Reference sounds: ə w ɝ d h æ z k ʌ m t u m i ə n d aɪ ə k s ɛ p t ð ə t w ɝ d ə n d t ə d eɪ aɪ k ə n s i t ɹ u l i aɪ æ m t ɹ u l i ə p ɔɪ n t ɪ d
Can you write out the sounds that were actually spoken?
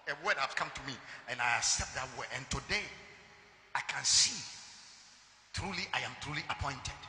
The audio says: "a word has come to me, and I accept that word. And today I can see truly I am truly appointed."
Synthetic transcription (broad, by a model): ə w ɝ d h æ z k ʌ m t u m i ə n aɪ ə s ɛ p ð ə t w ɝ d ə n t ə d eɪ aɪ k ə n s i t ɹ u l i aɪ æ m t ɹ u l i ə p ɔɪ n t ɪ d